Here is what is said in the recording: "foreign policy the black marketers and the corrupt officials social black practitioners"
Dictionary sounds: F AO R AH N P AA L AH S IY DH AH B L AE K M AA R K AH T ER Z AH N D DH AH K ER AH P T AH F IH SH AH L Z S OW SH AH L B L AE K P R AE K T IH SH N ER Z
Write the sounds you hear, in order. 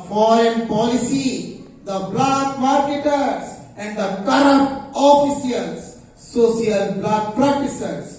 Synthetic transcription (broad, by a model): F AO R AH N P AA L AH S IY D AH B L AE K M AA R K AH T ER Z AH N D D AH K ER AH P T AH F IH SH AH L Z S OW S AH L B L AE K P R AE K T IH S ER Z